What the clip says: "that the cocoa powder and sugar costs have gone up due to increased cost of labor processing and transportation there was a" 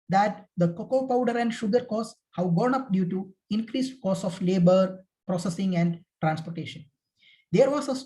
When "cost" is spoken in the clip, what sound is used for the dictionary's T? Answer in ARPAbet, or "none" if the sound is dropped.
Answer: none